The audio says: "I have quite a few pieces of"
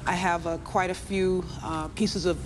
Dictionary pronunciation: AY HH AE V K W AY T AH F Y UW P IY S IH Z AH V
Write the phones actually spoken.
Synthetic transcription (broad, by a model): AY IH V K W AY T AH F Y UW P IY S IH Z AH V